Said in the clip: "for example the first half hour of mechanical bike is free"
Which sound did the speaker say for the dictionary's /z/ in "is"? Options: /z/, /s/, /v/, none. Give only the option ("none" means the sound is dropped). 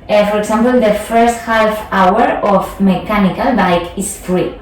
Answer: /s/